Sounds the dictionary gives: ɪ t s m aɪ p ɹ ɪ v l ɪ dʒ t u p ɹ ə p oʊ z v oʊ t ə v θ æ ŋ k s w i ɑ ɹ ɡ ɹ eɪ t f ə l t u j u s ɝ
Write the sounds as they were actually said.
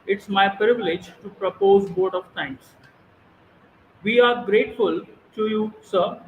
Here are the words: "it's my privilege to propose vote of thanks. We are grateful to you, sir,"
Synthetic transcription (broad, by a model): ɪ t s m aɪ p ɹ ɪ v l ɪ dʒ t u p ɹ ə p oʊ z b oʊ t ə v t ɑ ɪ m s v i ɑ ɹ ɡ ɹ eɪ t f ə l t u j u s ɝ